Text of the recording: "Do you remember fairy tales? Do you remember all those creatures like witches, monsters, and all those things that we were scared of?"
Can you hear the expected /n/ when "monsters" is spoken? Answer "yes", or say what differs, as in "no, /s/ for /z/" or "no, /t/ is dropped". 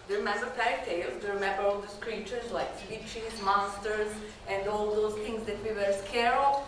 no, /n/ is dropped